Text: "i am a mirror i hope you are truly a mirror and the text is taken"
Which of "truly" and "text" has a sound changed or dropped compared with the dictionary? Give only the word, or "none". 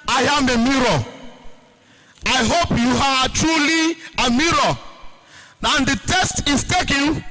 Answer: text